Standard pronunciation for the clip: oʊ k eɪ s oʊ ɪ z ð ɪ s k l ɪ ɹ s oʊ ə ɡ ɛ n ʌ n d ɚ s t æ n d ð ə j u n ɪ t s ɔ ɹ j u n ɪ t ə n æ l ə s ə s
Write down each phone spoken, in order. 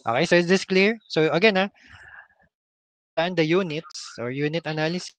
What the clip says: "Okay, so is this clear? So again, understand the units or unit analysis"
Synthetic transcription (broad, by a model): oʊ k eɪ s oʊ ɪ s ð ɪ s k l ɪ ɹ s oʊ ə ɡ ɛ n n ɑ t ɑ n d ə j u n ɪ t s ɔ ɹ j u n ɪ t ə n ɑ l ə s s